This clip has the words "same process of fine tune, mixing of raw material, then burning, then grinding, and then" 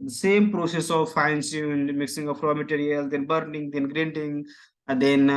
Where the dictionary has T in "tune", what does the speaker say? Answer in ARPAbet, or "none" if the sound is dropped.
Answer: S